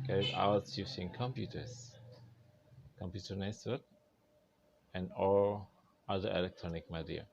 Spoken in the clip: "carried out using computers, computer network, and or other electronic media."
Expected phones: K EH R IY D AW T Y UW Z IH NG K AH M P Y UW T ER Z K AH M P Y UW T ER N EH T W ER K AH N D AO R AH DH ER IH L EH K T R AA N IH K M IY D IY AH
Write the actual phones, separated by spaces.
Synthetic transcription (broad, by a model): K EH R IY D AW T Y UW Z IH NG K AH M P Y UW T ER S K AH M P Y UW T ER N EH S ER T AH N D AO L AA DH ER IH L EH K T R AA N IH K M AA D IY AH